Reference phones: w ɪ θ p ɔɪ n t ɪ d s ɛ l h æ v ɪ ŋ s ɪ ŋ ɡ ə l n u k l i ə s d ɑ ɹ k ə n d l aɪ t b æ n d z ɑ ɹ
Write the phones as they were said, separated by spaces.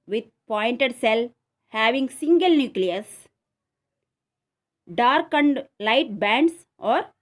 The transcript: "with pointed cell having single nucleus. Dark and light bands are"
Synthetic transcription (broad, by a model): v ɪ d p ɔɪ n t ɪ d s ɛ l h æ v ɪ ŋ s ɪ ŋ ɡ ə l n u k l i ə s d ɑ ɹ k ə n d l aɪ t b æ n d s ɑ ɹ